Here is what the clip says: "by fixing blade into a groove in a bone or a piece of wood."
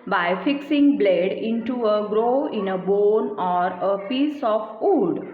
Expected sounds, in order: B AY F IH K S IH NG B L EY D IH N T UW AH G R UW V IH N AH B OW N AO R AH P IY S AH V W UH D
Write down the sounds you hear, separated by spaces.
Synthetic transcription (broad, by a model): B AY F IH K S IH NG B L EY D IH N T UW AH G R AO IH N AH B OW N AO R AH P IY S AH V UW D